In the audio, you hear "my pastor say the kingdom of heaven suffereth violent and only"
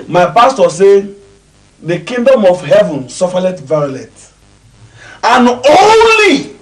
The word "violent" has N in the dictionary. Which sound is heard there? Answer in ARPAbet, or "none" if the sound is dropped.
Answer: none